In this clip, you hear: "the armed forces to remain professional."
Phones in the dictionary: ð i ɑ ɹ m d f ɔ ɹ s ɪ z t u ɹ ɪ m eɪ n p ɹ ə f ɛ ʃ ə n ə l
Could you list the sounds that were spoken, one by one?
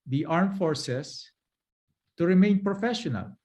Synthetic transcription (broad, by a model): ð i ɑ ɹ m f ɔ ɹ s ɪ s t u ɹ ɪ m eɪ n p ɹ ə f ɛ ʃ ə n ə l